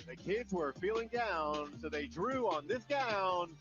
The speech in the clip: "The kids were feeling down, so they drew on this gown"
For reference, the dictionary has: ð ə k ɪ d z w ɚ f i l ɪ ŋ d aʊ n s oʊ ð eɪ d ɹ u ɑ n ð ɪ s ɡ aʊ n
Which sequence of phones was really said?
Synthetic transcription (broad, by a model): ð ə k ɪ d z w ɚ f i l ɪ ŋ d aʊ n s oʊ ð eɪ d ɹ u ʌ n ð ɪ s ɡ aʊ n